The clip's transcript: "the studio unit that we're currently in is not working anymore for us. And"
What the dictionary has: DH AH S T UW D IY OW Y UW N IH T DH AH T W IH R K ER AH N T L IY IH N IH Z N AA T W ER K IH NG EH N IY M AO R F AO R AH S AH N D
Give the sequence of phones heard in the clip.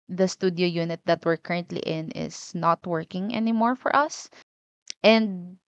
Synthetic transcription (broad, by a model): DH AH S T UW D IY OW Y UW N IH T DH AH T W IH R K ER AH N T L IY IH N IH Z N AA T W ER K IH NG EH N IY M AO R F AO R AH S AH N D